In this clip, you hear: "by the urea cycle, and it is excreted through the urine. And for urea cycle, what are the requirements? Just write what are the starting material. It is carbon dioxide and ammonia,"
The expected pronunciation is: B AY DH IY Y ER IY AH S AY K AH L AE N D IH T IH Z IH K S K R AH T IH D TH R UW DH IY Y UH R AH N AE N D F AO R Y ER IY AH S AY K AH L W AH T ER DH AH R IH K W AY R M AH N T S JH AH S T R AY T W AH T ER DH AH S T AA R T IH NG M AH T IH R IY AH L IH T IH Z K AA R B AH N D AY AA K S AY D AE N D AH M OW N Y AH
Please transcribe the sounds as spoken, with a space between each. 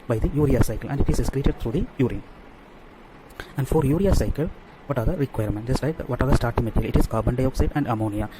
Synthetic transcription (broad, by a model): B AY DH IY Y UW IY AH S AY K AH L AE N D IH T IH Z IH S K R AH T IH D T R UW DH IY Y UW R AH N AE N D F AO R Y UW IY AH S AY K AH L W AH T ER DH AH R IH K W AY R M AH N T JH AH S T L AY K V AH T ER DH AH S T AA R T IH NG M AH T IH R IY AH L IH T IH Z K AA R B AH N D AY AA K S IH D AE N D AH M OW N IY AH